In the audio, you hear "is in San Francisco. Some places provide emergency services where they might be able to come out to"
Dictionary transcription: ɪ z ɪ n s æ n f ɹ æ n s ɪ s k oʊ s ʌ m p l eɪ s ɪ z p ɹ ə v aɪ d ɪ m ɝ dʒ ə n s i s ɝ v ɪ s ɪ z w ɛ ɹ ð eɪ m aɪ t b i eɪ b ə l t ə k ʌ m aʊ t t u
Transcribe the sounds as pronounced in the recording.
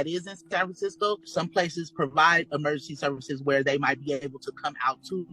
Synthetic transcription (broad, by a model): ɪ z ɪ n s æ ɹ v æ s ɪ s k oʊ s ʌ m p l eɪ s ɪ z p ɹ ə v aɪ d ɪ m ɝ dʒ ə n s i s ɝ v ɪ s ɪ z w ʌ ɹ ð eɪ m aɪ t b i eɪ b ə l t ə k ʌ m aʊ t t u